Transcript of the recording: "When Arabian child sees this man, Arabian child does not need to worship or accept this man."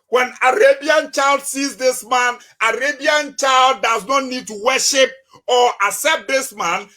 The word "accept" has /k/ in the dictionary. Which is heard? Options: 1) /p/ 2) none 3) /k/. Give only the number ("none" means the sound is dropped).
2